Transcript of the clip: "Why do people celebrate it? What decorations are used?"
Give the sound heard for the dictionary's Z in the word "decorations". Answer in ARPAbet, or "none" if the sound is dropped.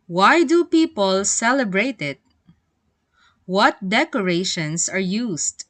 S